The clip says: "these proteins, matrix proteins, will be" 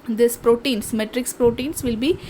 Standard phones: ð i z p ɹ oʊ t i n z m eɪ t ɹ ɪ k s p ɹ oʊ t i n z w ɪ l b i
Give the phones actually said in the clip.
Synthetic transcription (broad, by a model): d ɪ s p ɹ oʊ t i n s m eɪ t ɹ ɪ k s p ɹ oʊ t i n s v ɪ l b i